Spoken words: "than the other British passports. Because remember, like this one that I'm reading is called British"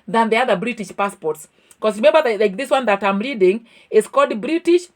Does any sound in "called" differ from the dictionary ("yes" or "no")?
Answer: yes